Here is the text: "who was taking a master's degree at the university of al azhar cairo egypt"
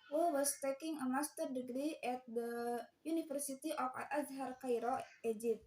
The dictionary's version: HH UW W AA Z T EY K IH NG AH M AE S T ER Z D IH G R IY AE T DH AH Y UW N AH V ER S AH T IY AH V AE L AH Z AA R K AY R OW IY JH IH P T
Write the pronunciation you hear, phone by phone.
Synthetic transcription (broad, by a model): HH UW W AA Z T EY K IH NG AH M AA S T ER D IH G R IY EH T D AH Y UW N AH F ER S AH T IY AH F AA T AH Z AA R K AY R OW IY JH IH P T